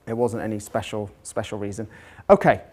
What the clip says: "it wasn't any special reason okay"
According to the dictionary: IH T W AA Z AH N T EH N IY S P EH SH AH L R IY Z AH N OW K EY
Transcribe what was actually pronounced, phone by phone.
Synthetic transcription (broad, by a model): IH T W AA Z AH N T EH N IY S P EH SH AH L R IY Z AH N OW K EY